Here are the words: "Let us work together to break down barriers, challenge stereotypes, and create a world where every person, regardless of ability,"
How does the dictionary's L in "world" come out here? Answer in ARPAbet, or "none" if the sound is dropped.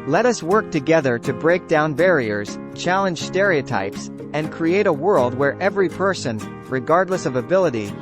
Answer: L